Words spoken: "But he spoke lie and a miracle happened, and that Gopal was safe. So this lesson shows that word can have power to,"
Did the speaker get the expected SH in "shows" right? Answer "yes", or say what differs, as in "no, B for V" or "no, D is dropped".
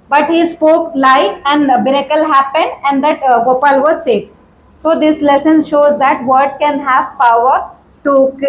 yes